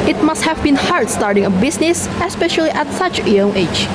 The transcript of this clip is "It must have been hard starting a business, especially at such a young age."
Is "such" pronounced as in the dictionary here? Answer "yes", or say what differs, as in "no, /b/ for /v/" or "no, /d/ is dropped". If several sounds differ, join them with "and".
yes